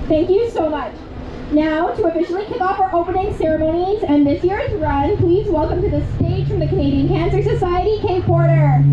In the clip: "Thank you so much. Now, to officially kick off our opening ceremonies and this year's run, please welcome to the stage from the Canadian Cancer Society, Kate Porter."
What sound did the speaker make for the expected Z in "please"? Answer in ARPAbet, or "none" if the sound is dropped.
Z